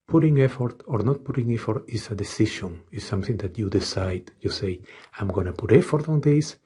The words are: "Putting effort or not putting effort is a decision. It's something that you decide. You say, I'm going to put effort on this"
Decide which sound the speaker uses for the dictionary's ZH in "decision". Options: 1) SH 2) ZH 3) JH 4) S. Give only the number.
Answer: 1